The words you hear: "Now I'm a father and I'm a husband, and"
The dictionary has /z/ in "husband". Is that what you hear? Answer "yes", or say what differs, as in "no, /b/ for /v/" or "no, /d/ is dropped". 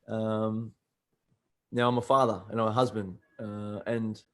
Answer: yes